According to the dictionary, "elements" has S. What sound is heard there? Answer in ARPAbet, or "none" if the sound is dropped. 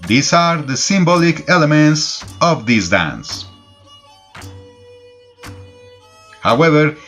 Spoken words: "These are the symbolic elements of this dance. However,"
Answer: S